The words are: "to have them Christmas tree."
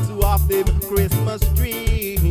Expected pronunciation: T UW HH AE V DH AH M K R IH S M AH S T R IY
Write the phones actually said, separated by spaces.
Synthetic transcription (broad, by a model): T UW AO F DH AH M K R IH S M AH S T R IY